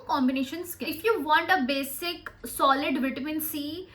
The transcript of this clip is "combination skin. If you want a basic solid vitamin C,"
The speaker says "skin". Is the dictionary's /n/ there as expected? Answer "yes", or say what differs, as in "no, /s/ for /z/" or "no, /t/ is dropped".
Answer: no, /n/ is dropped